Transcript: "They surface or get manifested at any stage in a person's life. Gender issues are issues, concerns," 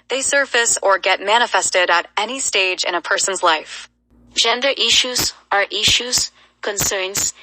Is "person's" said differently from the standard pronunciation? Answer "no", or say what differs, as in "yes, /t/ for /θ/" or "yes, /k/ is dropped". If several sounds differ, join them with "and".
no